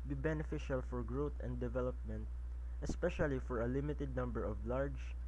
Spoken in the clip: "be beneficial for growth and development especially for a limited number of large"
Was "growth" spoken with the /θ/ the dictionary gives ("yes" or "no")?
no